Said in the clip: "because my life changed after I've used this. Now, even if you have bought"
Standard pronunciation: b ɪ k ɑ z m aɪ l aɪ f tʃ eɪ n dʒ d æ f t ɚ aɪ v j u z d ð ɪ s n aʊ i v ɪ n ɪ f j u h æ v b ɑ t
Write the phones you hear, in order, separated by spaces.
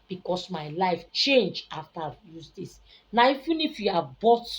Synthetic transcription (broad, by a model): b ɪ k ɑ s m aɪ l aɪ f tʃ eɪ n dʒ ɑ f t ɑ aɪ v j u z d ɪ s n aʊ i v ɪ n ɪ f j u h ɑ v b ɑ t